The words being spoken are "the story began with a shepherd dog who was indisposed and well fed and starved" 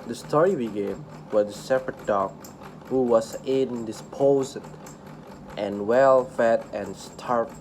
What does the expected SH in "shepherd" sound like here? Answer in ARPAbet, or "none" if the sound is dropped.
S